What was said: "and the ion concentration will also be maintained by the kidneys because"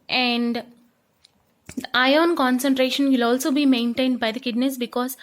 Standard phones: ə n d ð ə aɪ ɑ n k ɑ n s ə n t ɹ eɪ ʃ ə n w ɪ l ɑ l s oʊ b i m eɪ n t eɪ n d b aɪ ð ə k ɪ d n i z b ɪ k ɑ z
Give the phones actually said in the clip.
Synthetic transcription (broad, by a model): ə n d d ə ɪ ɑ n k ɑ n s ə n t ɹ eɪ ʃ ə n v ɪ l ɑ l s oʊ b i m eɪ n t eɪ n d b aɪ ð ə k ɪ d n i s b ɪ k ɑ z